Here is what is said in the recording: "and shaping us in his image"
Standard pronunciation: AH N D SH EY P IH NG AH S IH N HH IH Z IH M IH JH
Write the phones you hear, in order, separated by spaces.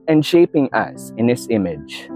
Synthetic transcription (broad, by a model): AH N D SH EY P IH NG AH S IH N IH S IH M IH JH